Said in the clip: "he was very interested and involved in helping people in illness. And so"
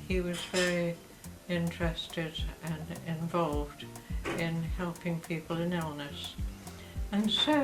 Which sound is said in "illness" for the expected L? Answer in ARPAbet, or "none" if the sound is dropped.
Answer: L